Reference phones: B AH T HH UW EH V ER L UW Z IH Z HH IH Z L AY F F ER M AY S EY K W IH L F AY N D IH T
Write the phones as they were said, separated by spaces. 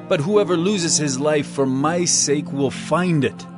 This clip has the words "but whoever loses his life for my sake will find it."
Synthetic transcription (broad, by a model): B AH T HH UW EH V ER L UW Z IH Z HH IH Z L AY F F ER M AY S EY K W IH L F AY N D IH T